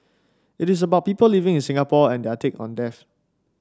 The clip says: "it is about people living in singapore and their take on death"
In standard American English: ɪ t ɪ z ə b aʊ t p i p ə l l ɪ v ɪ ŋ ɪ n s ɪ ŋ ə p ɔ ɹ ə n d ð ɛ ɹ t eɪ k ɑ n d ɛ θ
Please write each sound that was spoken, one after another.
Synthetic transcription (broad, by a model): ɪ t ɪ s ə b aʊ t p i p ə l l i v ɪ ŋ ɪ n s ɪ ŋ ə p ɔ ə n d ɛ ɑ t eɪ k ɑ n d ɛ f